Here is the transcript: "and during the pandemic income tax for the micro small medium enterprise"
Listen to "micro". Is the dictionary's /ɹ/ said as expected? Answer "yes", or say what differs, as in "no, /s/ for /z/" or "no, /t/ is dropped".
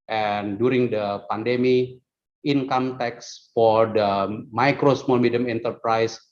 yes